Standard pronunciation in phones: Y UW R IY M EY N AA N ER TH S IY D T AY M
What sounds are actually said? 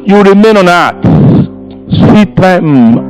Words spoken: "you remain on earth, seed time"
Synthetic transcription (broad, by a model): Y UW R IY M EY N AA N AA S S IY T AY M